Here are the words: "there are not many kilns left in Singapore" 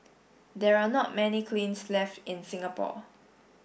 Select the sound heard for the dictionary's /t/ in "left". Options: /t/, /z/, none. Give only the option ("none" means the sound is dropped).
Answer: /t/